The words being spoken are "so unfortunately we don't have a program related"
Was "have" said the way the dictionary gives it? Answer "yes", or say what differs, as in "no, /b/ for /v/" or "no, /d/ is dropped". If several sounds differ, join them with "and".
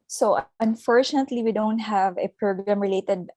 yes